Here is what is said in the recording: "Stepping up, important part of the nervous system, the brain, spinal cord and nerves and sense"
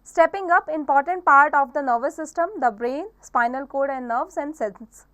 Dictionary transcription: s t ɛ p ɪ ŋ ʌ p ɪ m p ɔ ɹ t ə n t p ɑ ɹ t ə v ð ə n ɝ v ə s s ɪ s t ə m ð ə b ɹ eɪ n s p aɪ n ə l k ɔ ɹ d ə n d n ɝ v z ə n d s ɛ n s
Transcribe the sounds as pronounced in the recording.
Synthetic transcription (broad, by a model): s t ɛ p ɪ ŋ ʌ p ɪ m p ɔ ɹ t ə n t p ɑ ɹ t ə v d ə n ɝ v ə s s ɪ s t ə m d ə b ɹ eɪ n s p aɪ n ə l k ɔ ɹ d ə n d n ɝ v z ə n d s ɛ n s